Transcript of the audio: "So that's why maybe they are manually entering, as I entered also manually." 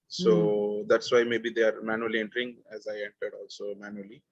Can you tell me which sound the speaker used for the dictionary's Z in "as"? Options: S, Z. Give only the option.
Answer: Z